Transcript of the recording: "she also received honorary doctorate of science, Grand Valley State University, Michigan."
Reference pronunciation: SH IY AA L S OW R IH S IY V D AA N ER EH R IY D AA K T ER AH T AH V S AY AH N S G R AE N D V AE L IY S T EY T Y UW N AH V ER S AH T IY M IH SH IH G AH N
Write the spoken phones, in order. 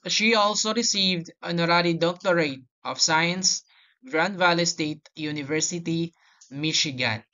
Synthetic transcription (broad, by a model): SH IY AA L S OW R IH S IY V D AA N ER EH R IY D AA K T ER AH T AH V S AY AH N S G R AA N D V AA L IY S T EY T Y UW N AH V ER S AH T IY M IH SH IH G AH N